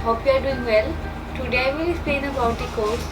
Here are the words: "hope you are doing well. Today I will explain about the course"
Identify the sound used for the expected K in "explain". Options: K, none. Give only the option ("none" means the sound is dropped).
none